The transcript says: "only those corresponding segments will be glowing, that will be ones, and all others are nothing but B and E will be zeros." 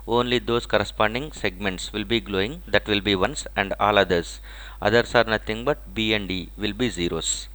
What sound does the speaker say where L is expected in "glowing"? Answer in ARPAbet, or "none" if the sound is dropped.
L